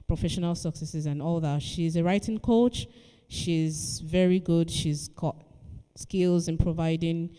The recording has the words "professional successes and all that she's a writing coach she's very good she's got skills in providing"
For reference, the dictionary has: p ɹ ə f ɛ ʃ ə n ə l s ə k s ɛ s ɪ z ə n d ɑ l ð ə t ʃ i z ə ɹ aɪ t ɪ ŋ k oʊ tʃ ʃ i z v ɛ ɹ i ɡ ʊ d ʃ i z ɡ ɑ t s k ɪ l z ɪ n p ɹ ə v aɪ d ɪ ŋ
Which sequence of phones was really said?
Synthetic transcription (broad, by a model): p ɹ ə f ɛ ʃ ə n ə l s ə k s ɛ s ɪ z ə n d ɑ l ð ə t ʃ i z ə ɹ aɪ t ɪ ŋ k oʊ tʃ ʃ i z v ɛ ɹ i ɡ ʊ d ʃ i z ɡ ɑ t s k ɪ l z ɪ n p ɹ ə v aɪ d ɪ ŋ